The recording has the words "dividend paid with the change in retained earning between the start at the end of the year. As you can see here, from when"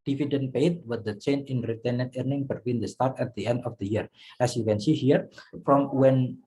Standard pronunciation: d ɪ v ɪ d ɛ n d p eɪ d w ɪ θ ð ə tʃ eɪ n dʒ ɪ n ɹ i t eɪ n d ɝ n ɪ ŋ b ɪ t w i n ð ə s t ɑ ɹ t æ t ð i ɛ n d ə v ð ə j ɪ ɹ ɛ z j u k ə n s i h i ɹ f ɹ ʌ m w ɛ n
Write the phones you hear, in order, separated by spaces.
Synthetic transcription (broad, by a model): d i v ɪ d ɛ n p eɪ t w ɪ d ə tʃ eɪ n ɪ n ɹ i t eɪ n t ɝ n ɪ ŋ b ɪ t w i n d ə s t ɑ ɹ t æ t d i ɛ n d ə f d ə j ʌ ɹ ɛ s j u k ə n s i h i ɹ f ɹ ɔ m w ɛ n